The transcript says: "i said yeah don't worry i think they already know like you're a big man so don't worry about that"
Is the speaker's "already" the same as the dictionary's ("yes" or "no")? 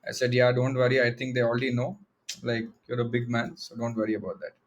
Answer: no